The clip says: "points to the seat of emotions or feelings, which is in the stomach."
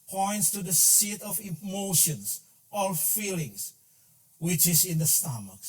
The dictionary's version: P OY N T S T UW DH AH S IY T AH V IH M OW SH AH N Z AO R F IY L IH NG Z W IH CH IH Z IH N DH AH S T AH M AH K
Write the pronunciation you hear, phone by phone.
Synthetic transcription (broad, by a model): P OY N T S T UW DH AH S IY T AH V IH M OW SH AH N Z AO L F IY L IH NG S W IH CH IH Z IH N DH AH S T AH M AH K